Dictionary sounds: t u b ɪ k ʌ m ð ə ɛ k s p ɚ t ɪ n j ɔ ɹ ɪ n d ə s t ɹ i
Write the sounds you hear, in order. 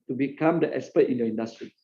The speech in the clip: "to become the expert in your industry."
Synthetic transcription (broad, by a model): t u b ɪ k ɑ m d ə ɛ s p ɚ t ɪ n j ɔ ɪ n d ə s t ɹ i